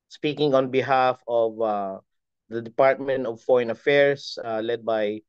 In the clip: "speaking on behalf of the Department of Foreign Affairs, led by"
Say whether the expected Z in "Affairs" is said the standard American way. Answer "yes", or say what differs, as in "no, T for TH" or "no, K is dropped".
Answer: no, S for Z